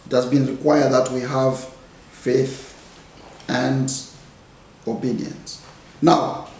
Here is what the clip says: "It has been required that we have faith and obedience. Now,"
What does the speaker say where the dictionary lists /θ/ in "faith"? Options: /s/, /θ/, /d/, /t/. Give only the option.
/θ/